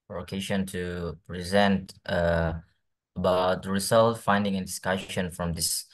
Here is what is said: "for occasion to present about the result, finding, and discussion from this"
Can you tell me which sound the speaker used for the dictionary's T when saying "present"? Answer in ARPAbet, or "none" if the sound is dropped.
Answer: T